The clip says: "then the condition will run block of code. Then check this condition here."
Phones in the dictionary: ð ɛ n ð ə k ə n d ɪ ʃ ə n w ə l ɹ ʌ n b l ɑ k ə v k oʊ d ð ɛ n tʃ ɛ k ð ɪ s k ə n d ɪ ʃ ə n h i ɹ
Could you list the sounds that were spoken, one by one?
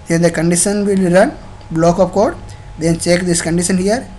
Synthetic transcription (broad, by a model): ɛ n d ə k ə n d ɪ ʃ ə n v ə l ɹ ʌ n b l ɑ k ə p k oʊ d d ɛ n tʃ ɛ k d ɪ s k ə n d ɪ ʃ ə n h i ɹ